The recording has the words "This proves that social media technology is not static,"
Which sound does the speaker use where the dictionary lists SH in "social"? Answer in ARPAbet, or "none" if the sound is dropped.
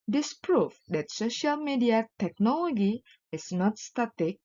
SH